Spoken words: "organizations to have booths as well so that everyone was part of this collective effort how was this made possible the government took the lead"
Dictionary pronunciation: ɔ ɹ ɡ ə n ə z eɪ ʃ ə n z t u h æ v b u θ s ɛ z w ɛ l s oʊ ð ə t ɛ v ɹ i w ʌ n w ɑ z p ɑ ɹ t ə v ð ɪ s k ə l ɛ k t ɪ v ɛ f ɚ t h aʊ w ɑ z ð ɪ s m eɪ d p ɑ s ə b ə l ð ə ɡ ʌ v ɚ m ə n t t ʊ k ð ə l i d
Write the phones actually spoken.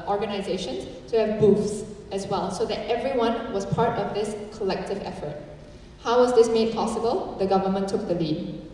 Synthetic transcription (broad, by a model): ɔ ɹ ɡ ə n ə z eɪ ʃ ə n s t u h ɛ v b u f s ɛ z w ɛ l s oʊ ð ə t ɛ v ɹ i w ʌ n w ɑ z p ɑ ɹ t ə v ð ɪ s k ə l ɛ k t ɪ v ɛ f ɚ t h aʊ w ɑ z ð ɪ s m eɪ d p ɑ s ə b ə l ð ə ɡ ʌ v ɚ m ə n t t ʊ k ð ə l i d